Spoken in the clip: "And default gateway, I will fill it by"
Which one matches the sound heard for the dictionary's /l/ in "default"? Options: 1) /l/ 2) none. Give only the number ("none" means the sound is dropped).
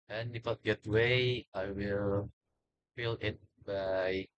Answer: 2